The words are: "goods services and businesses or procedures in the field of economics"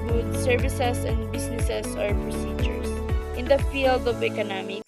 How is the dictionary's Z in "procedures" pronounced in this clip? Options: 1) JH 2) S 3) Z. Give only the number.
2